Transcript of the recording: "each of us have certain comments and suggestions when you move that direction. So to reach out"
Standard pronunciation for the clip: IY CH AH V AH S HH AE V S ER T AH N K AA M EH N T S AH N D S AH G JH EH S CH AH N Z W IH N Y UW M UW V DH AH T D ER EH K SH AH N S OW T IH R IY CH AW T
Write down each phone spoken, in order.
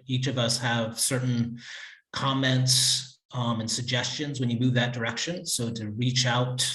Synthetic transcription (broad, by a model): IY CH AH V AH S HH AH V S ER T N K AA M EH N T S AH N S AH G JH EH S CH AH N Z W IH N Y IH M UW V DH AH T D ER EH K SH AH N S OW T IH R IY CH AW T